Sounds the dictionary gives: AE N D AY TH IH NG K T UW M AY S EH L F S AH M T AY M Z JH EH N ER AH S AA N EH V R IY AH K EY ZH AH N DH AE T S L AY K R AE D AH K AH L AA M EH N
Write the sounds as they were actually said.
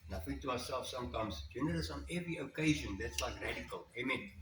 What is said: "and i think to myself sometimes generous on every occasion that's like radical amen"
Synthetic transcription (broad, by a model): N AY F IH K T UW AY S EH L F S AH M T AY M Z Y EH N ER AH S AA N EH V R IY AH K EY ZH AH N DH AE T S L AY K R AE D AH K AH L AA M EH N